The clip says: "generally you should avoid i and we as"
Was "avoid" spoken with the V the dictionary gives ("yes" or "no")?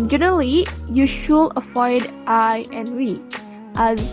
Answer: no